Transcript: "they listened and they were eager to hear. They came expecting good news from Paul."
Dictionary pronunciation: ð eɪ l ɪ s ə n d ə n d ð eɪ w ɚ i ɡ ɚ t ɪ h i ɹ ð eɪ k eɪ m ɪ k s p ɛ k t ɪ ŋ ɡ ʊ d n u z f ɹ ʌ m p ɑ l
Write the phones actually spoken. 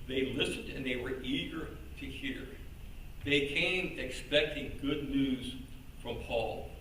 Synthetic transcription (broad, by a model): ð eɪ l ɪ s ə n d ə n ð eɪ w ɚ i ɡ ɚ t ɪ h i ɹ ð eɪ k eɪ m ɪ k s p ɛ k t ɪ ŋ ɡ ʊ d n u z f ɹ ʌ m p ɑ l